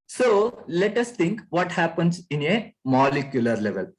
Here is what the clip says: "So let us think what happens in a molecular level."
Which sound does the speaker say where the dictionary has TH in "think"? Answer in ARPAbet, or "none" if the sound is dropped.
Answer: T